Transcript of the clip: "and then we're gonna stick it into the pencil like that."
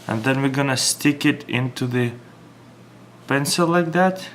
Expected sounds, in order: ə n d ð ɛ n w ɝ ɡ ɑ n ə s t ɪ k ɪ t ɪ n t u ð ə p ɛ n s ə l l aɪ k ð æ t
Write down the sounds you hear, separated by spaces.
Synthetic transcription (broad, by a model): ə n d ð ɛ n w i ɡ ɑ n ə s t ɪ k ɪ t ɪ n t u ð ə p ɛ n s ə l l aɪ k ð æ t